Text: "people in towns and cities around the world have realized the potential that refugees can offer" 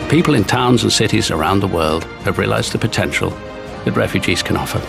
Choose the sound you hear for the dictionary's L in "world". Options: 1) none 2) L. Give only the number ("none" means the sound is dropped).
2